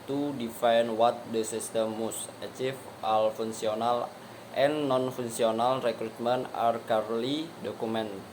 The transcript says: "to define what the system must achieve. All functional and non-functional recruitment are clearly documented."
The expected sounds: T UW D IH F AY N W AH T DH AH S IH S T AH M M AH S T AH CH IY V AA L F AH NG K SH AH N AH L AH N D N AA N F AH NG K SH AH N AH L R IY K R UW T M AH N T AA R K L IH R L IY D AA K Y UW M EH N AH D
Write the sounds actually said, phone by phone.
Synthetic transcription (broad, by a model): T UW D IH F AY N W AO T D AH S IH S T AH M M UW S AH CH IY F AA L F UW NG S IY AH N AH L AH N N AA N F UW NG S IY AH N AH L R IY K R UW T M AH N AA R K AA R L IY D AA K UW M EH N